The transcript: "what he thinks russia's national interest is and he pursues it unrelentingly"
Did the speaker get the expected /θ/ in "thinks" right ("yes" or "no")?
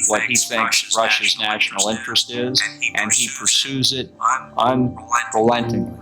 yes